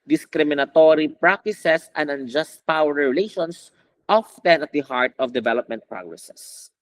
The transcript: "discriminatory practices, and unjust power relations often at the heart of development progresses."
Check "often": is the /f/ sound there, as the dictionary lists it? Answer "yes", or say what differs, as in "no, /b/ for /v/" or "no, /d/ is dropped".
yes